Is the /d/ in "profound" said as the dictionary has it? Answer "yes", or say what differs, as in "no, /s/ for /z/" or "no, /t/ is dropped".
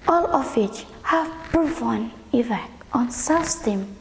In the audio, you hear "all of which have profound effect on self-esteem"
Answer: no, /d/ is dropped